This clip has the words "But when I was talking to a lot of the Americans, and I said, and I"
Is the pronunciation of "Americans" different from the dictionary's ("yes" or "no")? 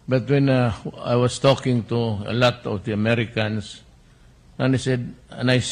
yes